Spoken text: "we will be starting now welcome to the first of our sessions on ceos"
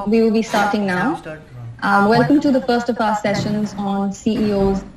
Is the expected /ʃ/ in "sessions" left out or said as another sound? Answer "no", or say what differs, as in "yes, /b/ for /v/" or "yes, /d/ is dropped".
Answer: no